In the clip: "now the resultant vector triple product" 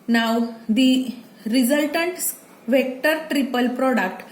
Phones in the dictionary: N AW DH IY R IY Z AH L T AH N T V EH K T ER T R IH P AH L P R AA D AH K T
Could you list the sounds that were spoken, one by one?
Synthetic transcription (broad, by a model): N AW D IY R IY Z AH L T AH N T V EH K T ER T R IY P AH L P R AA D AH K T